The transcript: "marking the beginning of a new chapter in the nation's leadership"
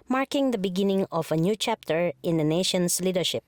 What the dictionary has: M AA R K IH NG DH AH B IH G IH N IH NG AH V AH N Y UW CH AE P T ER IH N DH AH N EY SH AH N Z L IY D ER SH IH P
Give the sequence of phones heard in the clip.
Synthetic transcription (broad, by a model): M AA R K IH NG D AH B IH G IH N IH NG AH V AH N Y UW CH AE P T ER IH N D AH N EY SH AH N S L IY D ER SH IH P